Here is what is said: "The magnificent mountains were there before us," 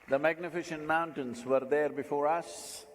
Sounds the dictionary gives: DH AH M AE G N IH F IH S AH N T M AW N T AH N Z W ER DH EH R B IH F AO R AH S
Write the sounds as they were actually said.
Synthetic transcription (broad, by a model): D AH M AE G N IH F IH SH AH N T M AW N T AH N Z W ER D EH R B IH F AO R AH S